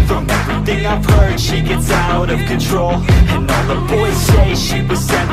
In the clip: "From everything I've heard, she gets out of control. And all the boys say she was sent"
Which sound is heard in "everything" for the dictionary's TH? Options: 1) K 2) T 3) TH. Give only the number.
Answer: 3